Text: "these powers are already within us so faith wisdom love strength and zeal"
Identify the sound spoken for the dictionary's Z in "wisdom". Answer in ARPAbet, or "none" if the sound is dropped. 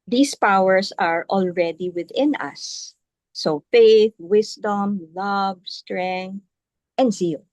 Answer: S